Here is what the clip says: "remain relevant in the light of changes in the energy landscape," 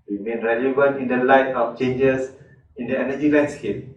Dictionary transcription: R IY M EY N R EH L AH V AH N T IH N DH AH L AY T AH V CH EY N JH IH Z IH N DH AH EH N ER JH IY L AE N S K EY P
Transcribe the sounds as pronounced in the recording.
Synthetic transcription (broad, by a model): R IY M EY N R EH L AH V AH N T IH N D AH L AY T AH F CH EY N JH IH S IH N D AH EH N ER JH IY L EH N S K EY P